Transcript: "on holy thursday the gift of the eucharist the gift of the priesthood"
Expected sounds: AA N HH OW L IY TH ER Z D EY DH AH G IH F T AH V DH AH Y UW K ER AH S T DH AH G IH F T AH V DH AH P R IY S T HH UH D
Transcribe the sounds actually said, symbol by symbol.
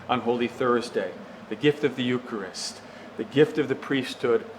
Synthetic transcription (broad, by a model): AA N HH OW L IY TH ER Z D EY DH AH G IH F T AH V DH AH Y UW K ER AH S T DH AH G IH F T AH V DH AH P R IY S T HH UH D